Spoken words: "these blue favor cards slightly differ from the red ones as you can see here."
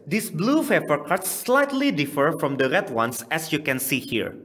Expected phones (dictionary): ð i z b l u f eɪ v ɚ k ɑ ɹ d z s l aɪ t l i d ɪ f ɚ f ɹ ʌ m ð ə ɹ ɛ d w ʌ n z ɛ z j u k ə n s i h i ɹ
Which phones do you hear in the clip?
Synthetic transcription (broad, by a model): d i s b l u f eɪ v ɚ k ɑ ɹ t s l aɪ t l i d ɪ f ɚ f ɹ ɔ m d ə ɹ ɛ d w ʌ n s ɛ s j u k ə n s i h i ɹ